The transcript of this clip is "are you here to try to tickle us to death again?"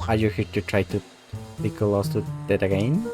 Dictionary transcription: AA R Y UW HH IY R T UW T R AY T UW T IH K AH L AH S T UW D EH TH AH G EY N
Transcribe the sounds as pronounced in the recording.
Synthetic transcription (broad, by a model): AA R Y UW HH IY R T UW T R AY T UW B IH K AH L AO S T UW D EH T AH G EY N